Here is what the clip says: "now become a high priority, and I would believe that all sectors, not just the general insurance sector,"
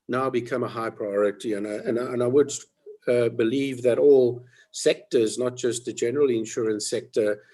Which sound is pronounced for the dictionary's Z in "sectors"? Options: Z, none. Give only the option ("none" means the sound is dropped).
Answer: Z